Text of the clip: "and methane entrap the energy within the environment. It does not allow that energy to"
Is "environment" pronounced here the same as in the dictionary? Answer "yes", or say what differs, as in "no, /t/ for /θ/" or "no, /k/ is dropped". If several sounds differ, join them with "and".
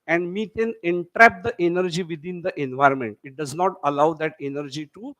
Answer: yes